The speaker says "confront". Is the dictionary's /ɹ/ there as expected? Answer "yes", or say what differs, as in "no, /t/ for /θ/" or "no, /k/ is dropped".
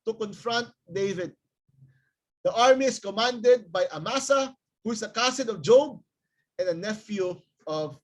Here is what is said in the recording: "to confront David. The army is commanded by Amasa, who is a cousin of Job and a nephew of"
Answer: yes